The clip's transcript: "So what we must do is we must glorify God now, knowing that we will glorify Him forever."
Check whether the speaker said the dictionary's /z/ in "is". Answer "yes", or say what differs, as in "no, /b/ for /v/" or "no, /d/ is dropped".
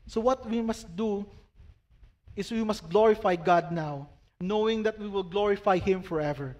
no, /s/ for /z/